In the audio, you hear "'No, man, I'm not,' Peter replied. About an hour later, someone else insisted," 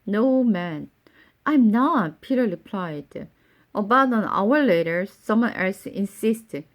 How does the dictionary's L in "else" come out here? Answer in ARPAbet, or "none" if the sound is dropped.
L